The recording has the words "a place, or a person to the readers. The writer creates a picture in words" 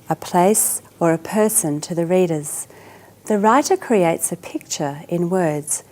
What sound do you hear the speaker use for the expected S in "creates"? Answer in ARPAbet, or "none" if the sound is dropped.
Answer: S